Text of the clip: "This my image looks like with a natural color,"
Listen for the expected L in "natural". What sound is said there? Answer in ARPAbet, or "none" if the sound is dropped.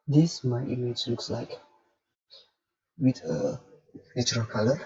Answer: N